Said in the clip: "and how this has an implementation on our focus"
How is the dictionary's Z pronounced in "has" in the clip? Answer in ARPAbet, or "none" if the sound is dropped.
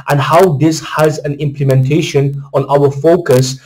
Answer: Z